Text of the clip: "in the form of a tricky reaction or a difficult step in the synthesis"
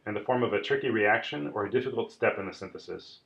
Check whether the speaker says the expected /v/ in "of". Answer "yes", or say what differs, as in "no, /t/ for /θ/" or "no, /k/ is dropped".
yes